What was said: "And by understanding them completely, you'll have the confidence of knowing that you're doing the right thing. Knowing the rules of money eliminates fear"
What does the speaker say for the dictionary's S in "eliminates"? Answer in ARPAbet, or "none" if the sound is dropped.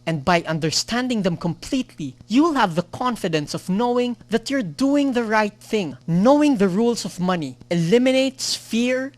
S